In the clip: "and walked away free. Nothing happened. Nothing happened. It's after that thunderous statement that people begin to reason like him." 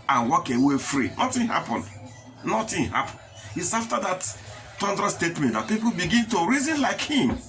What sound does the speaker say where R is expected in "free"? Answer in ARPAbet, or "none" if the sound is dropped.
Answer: R